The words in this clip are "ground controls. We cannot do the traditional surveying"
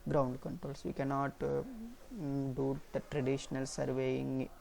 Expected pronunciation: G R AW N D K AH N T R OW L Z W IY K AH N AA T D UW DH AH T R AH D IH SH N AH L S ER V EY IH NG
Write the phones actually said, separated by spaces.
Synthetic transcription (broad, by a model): G R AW N D K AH N T R OW L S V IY K AH N AA T D UW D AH T R AH D IH SH N AH L S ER V EY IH NG